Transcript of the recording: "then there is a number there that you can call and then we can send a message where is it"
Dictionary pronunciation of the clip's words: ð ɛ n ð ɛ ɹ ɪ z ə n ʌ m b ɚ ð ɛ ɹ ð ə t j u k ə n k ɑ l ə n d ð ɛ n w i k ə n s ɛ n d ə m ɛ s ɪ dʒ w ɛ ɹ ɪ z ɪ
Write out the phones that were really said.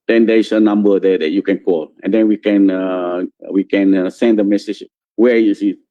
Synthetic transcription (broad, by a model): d ɛ n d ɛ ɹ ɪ s ə n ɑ m b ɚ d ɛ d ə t j u k ə n k ɑ l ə n d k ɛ n w i k ə n s ɛ n d ə m ɛ s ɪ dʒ w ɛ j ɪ s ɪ